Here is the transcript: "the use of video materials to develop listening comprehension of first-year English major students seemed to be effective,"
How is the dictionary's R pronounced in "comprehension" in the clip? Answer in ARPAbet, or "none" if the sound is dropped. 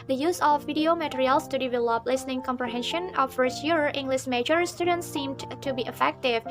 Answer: R